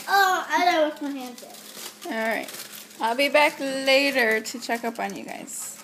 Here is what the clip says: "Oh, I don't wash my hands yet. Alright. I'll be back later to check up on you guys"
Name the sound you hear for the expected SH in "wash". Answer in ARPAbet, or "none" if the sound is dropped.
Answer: S